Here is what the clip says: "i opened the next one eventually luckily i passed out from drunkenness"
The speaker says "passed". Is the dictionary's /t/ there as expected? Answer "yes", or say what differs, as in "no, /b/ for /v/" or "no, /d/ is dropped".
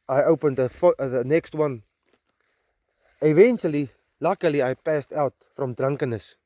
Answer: yes